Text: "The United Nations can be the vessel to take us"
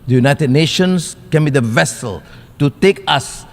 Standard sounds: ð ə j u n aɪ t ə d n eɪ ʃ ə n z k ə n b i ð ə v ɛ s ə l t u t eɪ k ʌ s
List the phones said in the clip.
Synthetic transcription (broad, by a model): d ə j u n aɪ t ə d n eɪ ʃ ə n s k ə n b i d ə v ɛ s ə l t u t eɪ k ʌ s